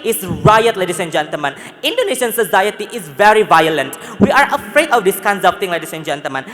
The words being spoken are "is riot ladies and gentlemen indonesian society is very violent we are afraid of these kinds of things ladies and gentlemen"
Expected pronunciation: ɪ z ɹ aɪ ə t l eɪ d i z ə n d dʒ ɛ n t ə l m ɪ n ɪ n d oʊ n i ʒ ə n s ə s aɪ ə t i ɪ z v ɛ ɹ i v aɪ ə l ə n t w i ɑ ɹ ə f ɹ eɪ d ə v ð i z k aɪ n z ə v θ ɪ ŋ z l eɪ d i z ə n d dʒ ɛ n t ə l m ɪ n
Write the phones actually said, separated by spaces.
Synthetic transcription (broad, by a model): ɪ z ɹ aɪ ə t l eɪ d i s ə n dʒ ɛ n t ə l m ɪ n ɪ n d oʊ n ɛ ʃ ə n s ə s aɪ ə t i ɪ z v ɛ ɹ i v aɪ ə l ə n t w i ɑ ɹ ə f ɹ eɪ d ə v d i s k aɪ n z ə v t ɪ ŋ l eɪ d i s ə n dʒ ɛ n t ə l m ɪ n